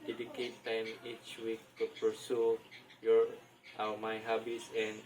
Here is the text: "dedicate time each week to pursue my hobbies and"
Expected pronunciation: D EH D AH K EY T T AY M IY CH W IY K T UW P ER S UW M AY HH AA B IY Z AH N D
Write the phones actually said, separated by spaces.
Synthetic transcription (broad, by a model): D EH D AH K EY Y T AY M IY CH W IY K T UW P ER S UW M AY HH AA B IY S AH N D